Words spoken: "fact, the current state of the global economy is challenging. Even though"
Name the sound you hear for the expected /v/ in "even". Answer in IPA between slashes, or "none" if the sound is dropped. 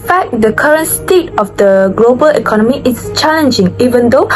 /v/